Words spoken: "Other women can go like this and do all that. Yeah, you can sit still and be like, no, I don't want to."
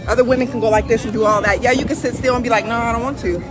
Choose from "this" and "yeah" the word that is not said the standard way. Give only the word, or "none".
this